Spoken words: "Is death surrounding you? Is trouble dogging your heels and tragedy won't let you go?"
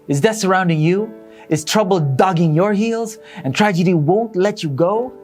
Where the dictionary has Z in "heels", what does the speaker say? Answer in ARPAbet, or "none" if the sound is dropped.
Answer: Z